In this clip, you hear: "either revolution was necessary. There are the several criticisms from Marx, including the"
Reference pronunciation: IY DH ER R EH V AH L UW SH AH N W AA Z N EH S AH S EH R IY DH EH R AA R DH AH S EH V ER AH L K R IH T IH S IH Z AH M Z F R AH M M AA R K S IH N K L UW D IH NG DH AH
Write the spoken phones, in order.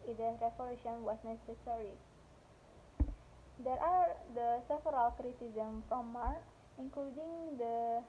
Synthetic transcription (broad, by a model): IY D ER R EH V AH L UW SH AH N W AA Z N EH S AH S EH R IY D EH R AA R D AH S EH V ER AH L K R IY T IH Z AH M F R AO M M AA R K IH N K L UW D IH NG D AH